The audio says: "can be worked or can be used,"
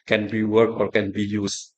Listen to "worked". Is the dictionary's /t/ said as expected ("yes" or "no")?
no